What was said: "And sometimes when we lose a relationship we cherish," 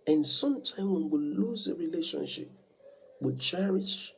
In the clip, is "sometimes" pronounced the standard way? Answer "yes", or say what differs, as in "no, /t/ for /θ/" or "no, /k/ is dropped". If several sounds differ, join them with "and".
no, /z/ is dropped